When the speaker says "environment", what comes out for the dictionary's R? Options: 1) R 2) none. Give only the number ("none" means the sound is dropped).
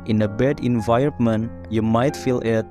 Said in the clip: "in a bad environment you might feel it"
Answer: 2